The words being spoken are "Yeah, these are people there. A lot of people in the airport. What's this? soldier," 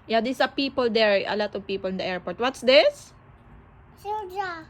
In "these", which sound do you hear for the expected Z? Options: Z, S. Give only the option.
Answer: S